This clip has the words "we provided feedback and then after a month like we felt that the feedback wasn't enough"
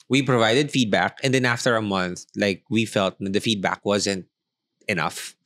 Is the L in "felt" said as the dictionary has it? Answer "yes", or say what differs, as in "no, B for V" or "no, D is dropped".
yes